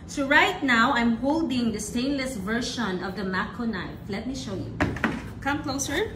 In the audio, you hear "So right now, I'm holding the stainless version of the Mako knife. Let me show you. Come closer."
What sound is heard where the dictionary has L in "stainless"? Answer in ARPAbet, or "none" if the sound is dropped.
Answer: L